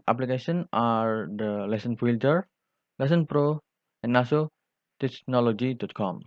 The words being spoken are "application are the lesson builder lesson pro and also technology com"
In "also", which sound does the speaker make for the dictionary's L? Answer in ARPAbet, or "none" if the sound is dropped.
none